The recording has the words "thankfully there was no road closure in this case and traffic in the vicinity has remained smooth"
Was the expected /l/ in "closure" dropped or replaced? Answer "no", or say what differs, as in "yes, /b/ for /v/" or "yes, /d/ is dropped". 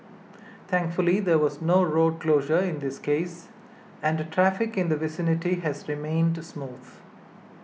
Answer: no